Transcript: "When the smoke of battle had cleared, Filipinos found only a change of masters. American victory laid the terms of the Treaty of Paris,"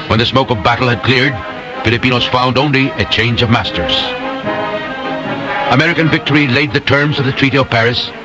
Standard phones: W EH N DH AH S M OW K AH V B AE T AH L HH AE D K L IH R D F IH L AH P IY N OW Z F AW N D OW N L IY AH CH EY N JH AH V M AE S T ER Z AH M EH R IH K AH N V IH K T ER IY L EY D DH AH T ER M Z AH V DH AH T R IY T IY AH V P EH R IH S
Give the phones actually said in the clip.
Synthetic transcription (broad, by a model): W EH N DH AH S M OW K AH V B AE T L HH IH D K L IH R D F IH L AH P IY N OW Z F AW N D OW N L IY AH CH EY N JH AH V M AE S T ER Z AH M EH R IH K AH N V IH K T ER IY L EY D DH AH T ER M Z AH V DH AH T R IY T IY AH V P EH R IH S